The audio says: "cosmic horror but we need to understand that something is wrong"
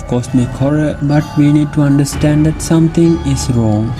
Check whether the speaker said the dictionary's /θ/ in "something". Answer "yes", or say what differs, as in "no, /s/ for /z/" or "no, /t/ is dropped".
no, /t/ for /θ/